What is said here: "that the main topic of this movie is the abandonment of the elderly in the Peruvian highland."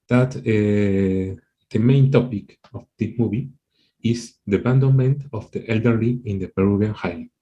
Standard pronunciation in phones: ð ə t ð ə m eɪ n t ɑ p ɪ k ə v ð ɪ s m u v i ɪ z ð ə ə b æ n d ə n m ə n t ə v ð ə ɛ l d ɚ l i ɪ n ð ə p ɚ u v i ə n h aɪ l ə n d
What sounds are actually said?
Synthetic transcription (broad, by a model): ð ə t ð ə m eɪ n t ɑ p ɪ k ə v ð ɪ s m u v i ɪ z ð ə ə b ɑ n d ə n m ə n t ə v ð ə ɛ l d ɚ l i ɪ n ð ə p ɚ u b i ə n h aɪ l